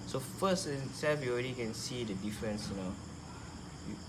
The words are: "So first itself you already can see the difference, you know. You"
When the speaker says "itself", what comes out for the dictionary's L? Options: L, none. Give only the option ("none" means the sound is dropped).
none